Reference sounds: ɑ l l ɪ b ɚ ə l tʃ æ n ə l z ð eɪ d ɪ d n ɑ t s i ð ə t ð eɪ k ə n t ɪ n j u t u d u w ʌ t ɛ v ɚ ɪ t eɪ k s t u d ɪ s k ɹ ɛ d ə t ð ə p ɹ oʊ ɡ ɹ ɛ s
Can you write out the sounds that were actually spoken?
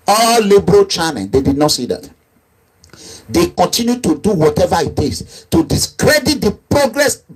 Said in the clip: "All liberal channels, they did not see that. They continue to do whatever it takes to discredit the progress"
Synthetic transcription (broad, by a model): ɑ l l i b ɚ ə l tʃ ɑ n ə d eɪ d ɪ d n ɑ t s i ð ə t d eɪ k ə n t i n j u t u d u w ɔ t ɛ v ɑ ɪ t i s t u d ɪ s k ɹ ɛ d ə t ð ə p ɹ oʊ ɡ ɹ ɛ s